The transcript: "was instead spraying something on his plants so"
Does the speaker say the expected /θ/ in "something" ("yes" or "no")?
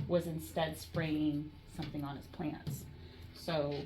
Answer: yes